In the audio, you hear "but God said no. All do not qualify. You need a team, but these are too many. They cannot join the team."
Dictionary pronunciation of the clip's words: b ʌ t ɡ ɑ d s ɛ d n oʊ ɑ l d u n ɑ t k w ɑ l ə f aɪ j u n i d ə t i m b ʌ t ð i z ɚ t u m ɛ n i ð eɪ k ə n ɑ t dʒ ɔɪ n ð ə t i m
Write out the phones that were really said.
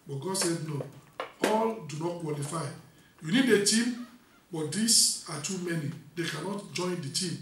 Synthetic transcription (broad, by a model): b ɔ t ɡ ɑ d s ɛ d n oʊ ɑ l d u n ɑ t k w ɑ l ə f aɪ j u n i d ə t i m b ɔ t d i s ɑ t u m ɛ n i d eɪ k ə n ɑ t dʒ ɔɪ n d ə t i m